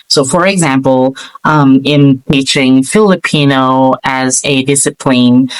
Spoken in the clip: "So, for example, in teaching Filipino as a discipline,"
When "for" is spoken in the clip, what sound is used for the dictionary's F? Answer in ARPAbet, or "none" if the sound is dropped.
F